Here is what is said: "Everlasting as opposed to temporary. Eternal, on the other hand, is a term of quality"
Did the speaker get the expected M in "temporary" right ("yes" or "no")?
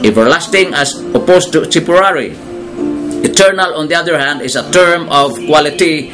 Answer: no